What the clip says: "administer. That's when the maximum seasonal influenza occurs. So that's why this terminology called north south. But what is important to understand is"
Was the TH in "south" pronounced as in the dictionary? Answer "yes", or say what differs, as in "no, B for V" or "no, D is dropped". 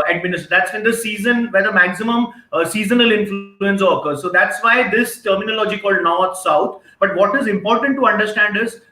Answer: no, T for TH